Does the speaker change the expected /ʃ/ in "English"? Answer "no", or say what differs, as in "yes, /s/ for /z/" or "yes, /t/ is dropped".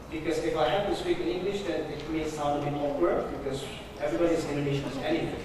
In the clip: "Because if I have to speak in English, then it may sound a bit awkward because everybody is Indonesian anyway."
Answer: no